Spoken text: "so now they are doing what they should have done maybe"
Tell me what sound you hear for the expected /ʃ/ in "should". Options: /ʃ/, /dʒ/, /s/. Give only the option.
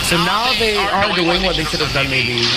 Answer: /s/